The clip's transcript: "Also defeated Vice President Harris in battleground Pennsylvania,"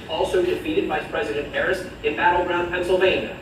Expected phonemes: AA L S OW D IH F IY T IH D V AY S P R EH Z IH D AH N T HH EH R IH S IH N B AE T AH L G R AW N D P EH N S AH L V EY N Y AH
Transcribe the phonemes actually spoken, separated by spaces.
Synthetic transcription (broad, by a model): AA L S OW D IH F IY T IH D V AY S P R EH Z IH D AH N T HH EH R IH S IH N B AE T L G R AW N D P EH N S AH L V EY N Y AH